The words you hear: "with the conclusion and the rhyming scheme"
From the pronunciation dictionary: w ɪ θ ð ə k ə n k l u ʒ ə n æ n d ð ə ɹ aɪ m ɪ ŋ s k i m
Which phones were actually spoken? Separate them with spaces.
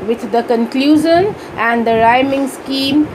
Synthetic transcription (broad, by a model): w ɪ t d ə k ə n k l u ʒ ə n æ n d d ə ɹ aɪ m ɪ ŋ s k i m